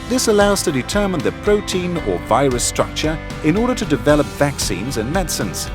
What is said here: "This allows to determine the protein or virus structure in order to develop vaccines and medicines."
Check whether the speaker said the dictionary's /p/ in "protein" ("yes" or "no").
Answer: yes